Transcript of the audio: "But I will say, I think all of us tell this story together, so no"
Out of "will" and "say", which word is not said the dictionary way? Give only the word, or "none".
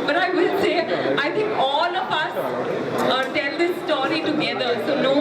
will